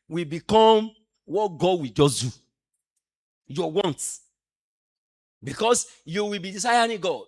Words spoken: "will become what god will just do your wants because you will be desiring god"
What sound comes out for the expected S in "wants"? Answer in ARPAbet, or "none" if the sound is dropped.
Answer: none